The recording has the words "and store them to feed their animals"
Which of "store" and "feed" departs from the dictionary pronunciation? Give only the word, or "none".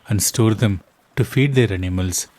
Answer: none